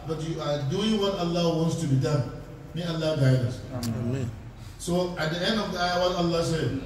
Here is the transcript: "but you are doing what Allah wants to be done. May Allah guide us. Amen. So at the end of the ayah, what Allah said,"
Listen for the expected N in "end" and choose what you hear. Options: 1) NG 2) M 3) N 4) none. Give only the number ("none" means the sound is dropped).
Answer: 3